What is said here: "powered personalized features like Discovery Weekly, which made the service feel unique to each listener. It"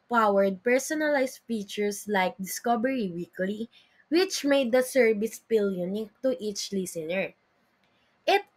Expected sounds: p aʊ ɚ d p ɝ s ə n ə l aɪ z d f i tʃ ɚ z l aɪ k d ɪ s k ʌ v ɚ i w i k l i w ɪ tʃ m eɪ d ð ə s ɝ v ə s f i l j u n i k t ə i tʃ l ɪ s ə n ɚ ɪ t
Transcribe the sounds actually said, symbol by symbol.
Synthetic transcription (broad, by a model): p aʊ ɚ d p ɝ s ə n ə l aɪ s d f i tʃ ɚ s l aɪ k d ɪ s k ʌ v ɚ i w i k l i w ɪ tʃ m eɪ d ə s ɝ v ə s p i l j u n i k t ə i tʃ l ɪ s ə n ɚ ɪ t